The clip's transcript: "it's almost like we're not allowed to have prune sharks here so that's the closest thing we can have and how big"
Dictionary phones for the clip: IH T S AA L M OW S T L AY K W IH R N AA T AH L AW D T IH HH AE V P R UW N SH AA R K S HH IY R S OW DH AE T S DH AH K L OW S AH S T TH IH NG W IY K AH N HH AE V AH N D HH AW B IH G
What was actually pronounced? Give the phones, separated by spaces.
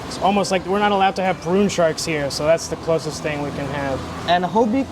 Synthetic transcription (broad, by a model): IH T S AA L M OW S T L AY K W IH R N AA T AH L AW D T IH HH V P R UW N SH AA R K S HH IY R S OW DH AE T S DH AH K L OW S AH S T TH IH NG W IY K AH N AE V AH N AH HH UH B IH